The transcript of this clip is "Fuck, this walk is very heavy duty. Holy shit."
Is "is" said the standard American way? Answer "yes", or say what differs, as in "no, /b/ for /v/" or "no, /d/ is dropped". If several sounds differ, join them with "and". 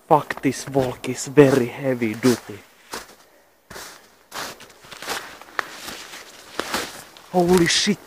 no, /s/ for /z/